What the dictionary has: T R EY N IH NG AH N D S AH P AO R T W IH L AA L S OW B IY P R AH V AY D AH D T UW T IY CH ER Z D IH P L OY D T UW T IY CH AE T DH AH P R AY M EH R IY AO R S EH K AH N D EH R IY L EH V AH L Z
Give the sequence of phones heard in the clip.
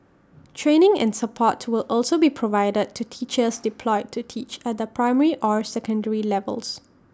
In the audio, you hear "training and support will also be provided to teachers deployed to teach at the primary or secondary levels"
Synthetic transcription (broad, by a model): T R EY N IH NG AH N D S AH P AO T W IH L AA L S OW B IY P R AH V AY D AH D T UW T IY CH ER S D IH P L OY D T UW T IY CH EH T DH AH P R AY M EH R IY AO R S EH K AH N D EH R IY L EH V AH L S